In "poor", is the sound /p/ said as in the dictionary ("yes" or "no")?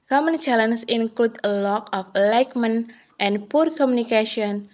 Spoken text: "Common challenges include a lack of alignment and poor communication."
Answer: yes